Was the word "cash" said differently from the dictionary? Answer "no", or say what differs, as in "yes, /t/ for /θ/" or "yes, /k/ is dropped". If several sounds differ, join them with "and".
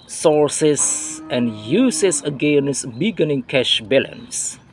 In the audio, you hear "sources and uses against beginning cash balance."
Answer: no